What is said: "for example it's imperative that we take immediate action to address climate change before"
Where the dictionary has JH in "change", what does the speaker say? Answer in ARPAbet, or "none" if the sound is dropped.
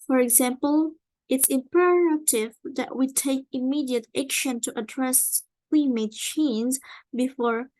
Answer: Z